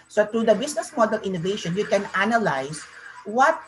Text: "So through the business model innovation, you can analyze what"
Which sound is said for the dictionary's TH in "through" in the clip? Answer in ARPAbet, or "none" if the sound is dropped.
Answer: T